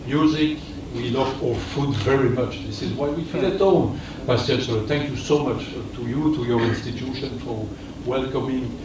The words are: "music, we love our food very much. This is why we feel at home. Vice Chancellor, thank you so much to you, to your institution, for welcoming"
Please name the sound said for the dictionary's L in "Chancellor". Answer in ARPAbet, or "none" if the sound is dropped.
none